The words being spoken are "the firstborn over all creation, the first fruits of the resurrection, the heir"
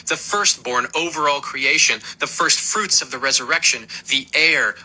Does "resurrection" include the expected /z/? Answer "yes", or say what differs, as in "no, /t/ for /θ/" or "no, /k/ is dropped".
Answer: yes